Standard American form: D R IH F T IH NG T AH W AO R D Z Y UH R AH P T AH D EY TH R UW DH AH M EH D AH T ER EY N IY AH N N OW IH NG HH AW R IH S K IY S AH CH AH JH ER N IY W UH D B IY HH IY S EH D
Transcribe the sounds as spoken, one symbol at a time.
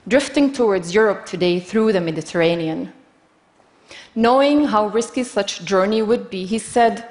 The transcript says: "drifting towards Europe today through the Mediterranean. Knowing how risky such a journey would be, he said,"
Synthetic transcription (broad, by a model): D R IH F T IH NG T AH W AO R D Z Y UH R AH P T AH D EY TH R UW DH AH M EH D AH T ER EY N IY AH N N OW IH NG HH AW R IH S K IY S AH CH JH ER N IY W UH D B IY HH IY S EH D